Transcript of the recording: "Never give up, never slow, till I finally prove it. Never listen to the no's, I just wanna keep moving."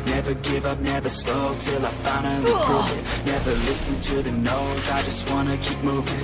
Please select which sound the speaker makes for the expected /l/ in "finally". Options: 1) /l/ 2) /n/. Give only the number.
2